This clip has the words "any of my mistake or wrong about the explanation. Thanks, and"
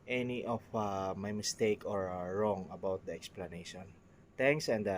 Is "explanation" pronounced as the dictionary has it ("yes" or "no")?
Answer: yes